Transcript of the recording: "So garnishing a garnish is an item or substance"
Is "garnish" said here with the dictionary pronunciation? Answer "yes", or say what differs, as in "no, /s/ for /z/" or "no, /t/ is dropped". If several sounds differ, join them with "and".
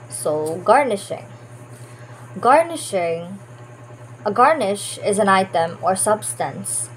yes